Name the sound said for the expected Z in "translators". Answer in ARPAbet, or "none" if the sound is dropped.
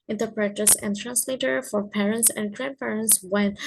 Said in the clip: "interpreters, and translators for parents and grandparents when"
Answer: none